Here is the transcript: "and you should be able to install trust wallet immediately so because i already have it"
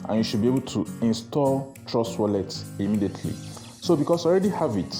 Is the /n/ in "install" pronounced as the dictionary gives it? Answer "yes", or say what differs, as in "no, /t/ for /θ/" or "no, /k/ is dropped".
yes